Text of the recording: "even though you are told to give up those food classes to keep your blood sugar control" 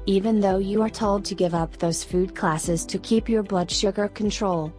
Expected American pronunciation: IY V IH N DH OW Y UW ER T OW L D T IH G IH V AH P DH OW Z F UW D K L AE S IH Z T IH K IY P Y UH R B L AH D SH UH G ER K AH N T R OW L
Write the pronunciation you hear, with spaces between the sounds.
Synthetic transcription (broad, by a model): IY V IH N DH OW Y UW ER T OW L D T IH G IH V AH P DH OW Z F UW D K L AE S IH Z T IH K IY P Y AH R B L AH D SH UH G ER K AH N T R OW L